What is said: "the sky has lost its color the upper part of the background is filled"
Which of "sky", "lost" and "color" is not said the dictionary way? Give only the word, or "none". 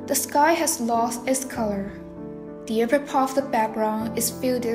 none